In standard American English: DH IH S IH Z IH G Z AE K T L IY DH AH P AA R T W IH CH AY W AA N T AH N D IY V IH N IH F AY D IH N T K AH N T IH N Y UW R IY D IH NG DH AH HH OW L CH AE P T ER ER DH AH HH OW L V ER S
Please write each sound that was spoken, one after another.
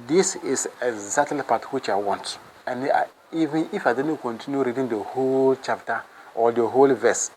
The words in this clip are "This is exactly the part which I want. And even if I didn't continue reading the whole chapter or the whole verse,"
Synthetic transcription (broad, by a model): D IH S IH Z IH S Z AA T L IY P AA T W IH CH AY W AA N T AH N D IY V IH N IH F AY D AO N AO K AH N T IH N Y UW R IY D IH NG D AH HH OW L CH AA P T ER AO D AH HH OW L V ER S